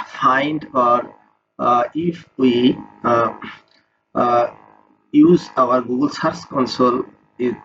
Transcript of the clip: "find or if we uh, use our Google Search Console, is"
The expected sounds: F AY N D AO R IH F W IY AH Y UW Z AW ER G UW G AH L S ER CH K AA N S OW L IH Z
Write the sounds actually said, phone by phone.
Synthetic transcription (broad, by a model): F AY N D AO R IH F W IY Y UW Z AW ER G UW G AH L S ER S K AA N S OW L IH